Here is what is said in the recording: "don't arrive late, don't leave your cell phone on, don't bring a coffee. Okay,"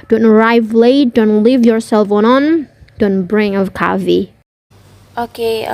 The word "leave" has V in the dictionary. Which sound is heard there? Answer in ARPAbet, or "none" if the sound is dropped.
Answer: V